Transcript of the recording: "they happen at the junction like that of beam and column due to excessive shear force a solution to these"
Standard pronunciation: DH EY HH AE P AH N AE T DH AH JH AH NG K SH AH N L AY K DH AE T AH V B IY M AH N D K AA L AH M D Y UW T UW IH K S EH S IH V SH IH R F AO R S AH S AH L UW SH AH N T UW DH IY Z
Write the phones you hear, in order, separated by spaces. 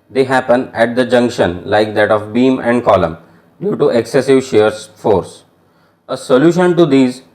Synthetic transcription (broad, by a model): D EY HH AE P AH N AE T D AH JH AH NG K SH AH N L AY K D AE T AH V B IY M AH N D K AA L AH M D Y UW T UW IH K S EH S IH V SH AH R F AO R S AH S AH L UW SH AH N T UW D IY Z